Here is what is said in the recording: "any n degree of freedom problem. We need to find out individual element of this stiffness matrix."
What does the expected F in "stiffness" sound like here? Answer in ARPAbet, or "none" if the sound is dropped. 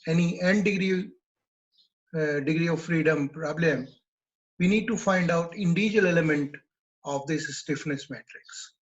F